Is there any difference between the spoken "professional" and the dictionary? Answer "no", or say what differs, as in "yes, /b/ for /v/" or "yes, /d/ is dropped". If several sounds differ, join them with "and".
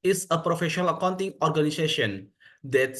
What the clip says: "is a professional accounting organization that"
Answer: no